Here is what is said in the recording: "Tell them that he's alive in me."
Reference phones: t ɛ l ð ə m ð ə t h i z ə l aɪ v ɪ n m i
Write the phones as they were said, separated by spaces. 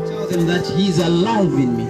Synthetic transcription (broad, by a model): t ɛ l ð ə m ð ə t h i z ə l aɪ w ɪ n m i